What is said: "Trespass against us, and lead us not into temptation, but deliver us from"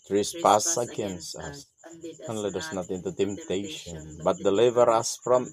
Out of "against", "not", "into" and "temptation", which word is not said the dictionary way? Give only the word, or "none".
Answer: against